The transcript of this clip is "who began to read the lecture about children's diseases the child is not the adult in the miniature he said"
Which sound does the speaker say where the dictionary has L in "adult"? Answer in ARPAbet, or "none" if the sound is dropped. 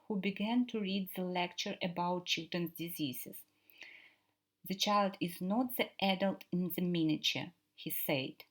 L